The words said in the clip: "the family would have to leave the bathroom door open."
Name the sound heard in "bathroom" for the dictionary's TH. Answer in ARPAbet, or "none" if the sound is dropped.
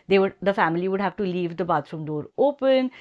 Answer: T